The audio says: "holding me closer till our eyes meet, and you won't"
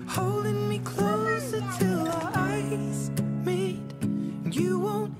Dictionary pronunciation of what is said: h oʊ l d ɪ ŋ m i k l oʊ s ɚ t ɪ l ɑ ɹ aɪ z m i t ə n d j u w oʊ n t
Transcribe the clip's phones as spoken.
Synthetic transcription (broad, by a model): h oʊ l d ɪ ŋ m i k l oʊ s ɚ t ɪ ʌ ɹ aɪ z m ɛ ə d j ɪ w oʊ n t